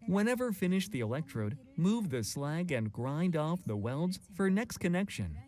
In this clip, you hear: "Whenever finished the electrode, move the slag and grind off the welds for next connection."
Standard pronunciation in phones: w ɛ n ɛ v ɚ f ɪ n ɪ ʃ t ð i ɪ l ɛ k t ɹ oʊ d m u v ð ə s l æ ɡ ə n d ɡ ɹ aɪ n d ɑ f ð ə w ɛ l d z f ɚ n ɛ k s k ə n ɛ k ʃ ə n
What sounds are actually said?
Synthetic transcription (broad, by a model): w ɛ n ɛ v ɚ f ɪ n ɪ ʃ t ð i ɪ l ɛ k t ɹ oʊ d m u v ð ə s l æ ɡ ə n ɡ ɹ aɪ n d ɑ f ð ə w ɛ l d z f ɚ n ɛ k s k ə n ɛ k ʃ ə n